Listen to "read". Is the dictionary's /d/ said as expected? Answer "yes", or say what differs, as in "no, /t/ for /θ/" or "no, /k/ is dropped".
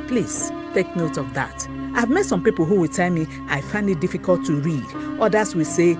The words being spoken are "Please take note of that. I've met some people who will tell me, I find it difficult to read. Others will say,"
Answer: yes